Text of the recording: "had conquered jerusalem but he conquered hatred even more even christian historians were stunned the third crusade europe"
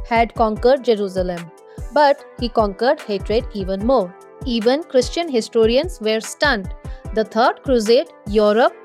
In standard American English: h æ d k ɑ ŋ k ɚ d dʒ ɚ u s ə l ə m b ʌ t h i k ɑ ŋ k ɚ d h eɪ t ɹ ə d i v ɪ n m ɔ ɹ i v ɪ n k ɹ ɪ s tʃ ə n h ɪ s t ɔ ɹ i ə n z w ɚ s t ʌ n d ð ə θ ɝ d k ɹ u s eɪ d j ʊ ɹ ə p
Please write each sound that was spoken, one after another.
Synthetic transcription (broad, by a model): h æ d k ɑ ŋ k ɚ d dʒ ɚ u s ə l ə m b ʌ t h i k ɑ ŋ k ɚ d h eɪ t ɹ ə d i v ɪ n m ɔ ɹ i v ɪ n k ɹ ɪ s tʃ ə n h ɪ s t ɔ ɹ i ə n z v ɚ s t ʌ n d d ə t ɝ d k ɹ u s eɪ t j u ɹ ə p